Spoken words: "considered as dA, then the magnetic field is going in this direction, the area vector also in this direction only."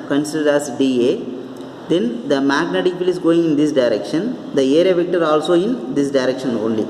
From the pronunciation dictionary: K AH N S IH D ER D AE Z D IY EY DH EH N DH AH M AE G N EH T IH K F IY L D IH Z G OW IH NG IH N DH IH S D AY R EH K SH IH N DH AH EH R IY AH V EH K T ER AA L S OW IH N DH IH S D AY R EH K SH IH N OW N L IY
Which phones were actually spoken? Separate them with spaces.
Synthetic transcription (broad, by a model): K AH N S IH D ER D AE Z D IY EY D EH N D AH M AE G N EH T IH K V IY L IH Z G OW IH NG IH N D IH S D AY R EH K SH IH N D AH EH R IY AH V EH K T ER AA L S OW IH N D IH S D AY R EH K SH IH N OW N L IY